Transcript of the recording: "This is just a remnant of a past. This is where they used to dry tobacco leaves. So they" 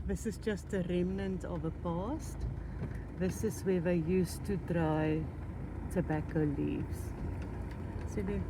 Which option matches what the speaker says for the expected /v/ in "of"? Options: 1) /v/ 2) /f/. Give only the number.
1